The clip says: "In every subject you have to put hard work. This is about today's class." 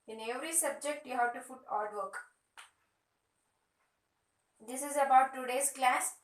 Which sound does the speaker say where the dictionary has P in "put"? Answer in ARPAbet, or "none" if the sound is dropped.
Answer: F